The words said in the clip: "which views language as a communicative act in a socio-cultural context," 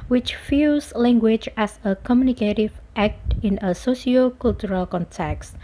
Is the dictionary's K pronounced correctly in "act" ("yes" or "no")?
yes